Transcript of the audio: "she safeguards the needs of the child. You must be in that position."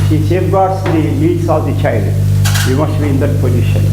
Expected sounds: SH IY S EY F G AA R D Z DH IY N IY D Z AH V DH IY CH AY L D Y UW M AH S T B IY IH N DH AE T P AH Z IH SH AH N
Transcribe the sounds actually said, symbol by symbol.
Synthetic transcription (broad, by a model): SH IY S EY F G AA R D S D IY L IY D S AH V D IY CH AY L D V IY M AH S T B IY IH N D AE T P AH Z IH SH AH N